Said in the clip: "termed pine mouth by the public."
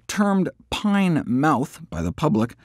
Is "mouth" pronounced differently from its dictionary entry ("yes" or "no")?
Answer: no